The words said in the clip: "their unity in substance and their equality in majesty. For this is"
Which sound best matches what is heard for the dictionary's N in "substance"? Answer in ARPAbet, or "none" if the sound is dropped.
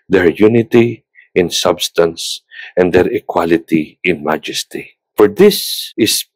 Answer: N